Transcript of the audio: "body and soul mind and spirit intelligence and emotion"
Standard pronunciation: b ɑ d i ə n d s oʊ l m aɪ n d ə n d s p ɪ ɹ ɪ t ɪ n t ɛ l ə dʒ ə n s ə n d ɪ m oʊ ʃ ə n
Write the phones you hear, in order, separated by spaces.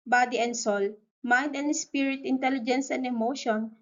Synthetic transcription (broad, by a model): b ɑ d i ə n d s oʊ l m aɪ n d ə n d s p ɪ ɹ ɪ t ɪ n t ɛ l ə dʒ ə n s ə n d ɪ m oʊ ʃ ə n